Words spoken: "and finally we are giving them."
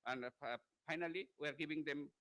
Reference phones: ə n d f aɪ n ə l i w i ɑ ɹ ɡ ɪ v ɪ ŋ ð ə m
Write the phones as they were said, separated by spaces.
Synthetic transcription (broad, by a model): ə n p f aɪ n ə l i w i ɑ ɹ ɡ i b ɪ ŋ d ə m